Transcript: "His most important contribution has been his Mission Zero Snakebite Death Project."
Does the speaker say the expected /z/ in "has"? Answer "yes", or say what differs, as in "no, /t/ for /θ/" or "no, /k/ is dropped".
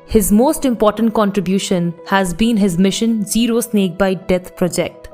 yes